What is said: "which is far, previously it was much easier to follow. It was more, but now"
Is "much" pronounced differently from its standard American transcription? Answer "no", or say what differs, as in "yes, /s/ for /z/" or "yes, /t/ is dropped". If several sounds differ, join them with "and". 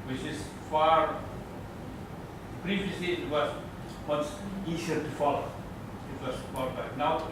yes, /s/ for /tʃ/